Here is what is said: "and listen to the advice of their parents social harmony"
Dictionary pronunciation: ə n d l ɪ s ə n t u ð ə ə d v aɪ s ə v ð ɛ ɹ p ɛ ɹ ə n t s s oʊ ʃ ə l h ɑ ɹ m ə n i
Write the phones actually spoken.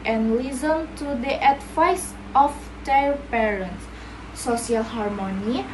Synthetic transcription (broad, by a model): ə n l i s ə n t u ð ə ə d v aɪ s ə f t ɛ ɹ p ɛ ɹ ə n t s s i ə l h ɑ ɹ m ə n i